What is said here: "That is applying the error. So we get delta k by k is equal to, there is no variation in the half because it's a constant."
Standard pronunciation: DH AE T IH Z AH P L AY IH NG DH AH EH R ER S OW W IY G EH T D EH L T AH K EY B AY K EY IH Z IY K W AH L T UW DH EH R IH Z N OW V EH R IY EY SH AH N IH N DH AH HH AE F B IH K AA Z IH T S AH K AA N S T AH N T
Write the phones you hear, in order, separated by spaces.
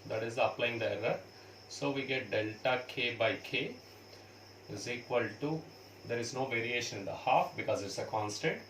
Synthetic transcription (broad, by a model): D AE T IH Z AH P L AY IH NG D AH EH R ER S OW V IY G EH T D EH L T AH K EY B AY K EY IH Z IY K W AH L T UW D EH R IH Z N OW V EH R IY EY SH AH N IH N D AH HH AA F B IH K AA Z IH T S AH K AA N S T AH N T